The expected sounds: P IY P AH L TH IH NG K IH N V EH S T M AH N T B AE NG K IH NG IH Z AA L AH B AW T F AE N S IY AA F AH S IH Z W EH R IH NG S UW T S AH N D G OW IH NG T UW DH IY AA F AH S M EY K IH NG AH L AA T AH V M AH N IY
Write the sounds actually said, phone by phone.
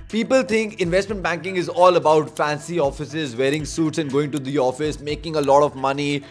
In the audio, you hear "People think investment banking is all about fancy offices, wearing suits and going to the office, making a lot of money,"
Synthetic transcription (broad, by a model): P IY P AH L T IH NG K IH N V EH S T M AH N T B AE NG K IH NG IH Z AA L AH B AW T F AE N S IY AA F AH S IH Z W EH R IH NG S UW T S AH N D G OW IH NG T UW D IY AA F AH S M EY K IH NG AH L AA T AH V M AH N IY